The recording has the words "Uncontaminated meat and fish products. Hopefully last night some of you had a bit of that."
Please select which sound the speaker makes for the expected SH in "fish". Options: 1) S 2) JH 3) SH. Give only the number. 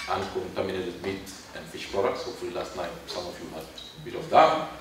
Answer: 3